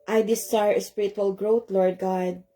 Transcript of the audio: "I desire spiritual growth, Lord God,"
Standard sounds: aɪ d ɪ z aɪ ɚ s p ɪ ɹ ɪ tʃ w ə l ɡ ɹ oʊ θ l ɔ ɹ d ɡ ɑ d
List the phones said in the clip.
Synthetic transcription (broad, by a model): aɪ d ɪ s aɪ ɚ s p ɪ ɹ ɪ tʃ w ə l ɡ ɹ oʊ t l ɔ ɹ d ɡ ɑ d